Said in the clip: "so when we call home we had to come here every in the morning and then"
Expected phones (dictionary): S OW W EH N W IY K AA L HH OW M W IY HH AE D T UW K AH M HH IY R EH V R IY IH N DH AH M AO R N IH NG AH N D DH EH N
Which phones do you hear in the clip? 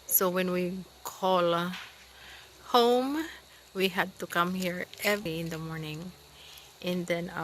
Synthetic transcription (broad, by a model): S OW W EH N W IY K AA L HH OW M W IY HH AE D T UW K AH M HH IY R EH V IY IH N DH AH M AO R N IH NG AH N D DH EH N